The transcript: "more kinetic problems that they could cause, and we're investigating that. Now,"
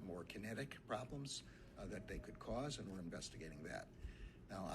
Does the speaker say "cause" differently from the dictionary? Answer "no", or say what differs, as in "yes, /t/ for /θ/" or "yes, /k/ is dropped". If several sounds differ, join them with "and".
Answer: no